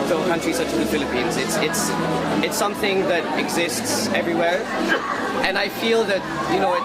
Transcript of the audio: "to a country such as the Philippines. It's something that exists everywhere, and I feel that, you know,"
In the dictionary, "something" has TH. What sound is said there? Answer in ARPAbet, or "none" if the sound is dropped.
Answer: TH